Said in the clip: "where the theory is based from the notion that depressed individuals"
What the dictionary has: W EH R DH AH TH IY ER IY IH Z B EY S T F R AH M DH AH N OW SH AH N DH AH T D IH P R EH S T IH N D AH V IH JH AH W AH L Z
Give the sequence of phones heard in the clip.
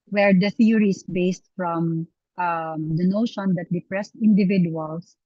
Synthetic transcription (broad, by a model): W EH R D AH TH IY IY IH S B EY S T F R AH M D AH N OW SH AH N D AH T D IH P R EH S T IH N D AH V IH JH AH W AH L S